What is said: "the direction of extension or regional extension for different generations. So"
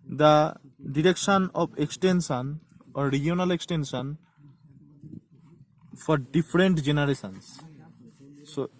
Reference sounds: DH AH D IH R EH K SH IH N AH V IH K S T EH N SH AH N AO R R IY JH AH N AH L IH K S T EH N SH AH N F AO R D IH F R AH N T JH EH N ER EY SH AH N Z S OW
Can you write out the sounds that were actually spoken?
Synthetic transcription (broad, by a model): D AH D IH R EH K SH IH N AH B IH K S T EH N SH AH N AO R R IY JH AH N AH L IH K S T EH N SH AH N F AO R D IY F R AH N T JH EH N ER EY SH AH N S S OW